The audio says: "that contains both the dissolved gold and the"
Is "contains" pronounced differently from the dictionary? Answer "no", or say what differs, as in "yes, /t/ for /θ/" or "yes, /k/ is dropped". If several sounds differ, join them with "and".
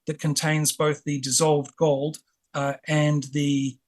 no